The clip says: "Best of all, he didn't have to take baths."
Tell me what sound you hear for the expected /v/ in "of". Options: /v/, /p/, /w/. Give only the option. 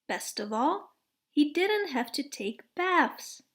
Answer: /v/